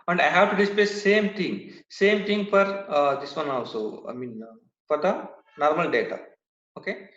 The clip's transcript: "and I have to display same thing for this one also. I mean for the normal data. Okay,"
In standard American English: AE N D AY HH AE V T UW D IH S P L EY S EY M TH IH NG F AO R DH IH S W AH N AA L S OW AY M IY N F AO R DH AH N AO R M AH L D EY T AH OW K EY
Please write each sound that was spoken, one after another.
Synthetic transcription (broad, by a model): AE N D AY HH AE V T UW D IH S P L EY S EY M S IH NG F AO R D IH S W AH N AA L S OW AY M IY N F AO R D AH N AO R M AH L D EY T AH OW K EY